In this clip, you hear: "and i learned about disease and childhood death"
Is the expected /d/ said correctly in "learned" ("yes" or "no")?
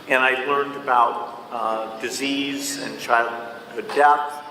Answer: yes